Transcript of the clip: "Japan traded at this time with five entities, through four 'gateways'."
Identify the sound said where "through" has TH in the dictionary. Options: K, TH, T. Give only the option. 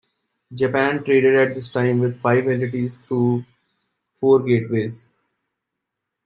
T